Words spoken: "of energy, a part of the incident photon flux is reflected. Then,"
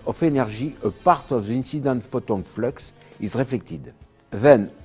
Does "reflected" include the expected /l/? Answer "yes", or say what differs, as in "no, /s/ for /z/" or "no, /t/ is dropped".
yes